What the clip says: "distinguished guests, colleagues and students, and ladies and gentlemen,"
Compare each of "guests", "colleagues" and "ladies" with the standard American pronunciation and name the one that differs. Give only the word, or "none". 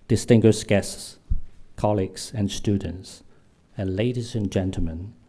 none